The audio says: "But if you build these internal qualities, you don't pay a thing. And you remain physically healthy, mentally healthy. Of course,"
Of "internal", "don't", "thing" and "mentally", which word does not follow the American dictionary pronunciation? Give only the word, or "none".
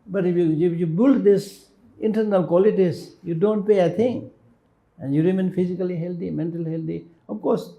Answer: thing